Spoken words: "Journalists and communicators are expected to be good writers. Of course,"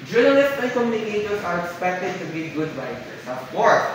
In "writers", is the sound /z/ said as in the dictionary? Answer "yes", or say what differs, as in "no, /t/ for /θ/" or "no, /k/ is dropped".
no, /s/ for /z/